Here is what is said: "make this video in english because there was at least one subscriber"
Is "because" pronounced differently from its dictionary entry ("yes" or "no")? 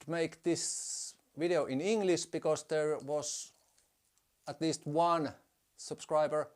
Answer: yes